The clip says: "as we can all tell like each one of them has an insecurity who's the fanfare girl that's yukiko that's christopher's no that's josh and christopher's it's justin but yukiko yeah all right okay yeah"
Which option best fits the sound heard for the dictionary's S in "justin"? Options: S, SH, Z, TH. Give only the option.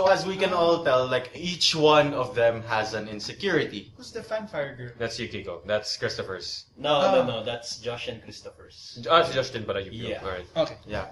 SH